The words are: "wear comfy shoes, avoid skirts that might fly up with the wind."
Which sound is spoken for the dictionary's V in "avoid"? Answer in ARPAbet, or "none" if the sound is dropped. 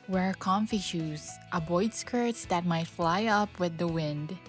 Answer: B